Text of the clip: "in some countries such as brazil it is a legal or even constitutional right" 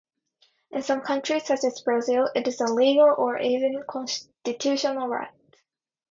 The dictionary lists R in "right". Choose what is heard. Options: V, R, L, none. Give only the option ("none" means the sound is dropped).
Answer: R